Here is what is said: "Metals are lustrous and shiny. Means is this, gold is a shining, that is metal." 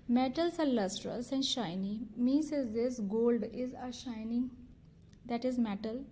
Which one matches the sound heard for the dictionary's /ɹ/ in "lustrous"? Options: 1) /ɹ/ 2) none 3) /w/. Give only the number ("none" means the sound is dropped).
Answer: 1